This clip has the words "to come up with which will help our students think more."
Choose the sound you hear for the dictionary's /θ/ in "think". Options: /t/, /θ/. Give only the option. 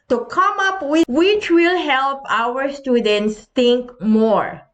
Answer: /t/